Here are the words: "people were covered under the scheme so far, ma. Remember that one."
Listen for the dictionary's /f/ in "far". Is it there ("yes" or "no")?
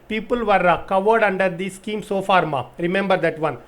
yes